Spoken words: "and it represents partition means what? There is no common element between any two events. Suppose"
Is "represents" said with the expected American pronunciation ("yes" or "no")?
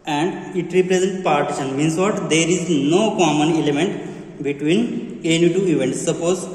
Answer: no